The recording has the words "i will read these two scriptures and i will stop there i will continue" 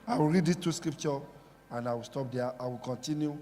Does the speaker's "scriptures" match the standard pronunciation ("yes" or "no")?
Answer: no